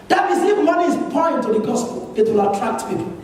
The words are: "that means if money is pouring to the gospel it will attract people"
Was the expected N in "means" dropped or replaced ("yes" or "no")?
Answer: yes